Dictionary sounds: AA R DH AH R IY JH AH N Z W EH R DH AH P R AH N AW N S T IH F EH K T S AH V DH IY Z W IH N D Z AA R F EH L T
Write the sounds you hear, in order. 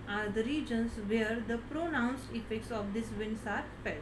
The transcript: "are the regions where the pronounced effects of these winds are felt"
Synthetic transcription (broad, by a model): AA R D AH R IY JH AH N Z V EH R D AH P R AH N AW N S T IH F EH K T S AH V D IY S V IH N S AA R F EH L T